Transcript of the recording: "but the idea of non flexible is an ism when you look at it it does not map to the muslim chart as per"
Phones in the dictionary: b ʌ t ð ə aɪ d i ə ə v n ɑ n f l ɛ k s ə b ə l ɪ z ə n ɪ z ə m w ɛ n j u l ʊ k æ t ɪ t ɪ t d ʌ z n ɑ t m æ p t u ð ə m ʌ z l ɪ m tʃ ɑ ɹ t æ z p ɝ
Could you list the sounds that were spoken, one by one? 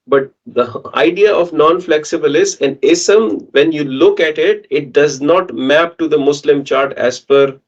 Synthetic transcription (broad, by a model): b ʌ t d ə aɪ d i ə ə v n ɑ n f l ɛ k s ə b ə l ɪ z ə n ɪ s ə m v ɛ n j u l ʊ k æ t ɪ t ɪ t d ʌ z n ɑ t m æ p t u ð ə m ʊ s l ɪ m tʃ ɑ ɹ t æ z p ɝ